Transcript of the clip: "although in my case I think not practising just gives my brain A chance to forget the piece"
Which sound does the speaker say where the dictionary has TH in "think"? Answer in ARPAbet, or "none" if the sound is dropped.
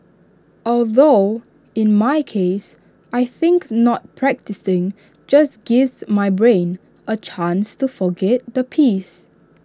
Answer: TH